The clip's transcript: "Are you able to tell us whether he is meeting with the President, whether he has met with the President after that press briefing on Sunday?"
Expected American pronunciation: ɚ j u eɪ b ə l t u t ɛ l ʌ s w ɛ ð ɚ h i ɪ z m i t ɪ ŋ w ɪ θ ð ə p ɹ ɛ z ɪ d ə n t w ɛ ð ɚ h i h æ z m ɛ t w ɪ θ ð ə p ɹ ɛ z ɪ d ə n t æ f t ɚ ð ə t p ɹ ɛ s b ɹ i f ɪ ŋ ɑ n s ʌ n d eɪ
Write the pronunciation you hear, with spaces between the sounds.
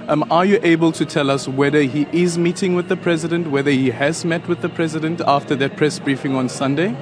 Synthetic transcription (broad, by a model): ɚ j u eɪ b ə l t u t ɛ l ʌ s w ɛ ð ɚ h i ɪ z m i t ɪ ŋ w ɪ ð ə p ɹ ɛ z ɪ d ə n t w ɛ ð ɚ h i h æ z m ɛ t w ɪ ð ə p ɹ ɛ z ɪ d ə n t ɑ f t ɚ ð ə t p ɹ ɛ s b ɹ i f ɪ ŋ ɑ n s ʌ n d eɪ